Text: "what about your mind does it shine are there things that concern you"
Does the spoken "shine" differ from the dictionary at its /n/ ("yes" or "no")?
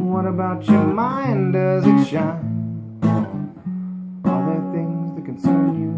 yes